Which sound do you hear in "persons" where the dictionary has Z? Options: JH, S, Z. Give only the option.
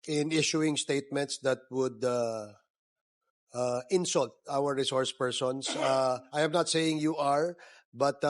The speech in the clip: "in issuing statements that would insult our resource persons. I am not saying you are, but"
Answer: S